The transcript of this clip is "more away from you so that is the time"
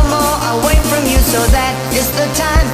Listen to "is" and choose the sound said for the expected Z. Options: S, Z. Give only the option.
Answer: S